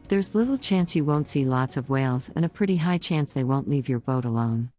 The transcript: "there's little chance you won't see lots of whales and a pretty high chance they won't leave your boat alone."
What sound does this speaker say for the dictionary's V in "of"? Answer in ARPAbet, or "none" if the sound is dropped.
V